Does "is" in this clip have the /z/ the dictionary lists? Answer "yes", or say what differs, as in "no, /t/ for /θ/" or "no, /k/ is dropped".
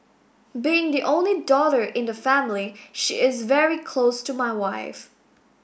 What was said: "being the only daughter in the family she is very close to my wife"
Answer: yes